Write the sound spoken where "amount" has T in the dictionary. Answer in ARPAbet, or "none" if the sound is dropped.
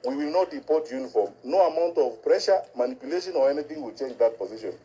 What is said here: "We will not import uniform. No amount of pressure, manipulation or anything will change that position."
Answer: T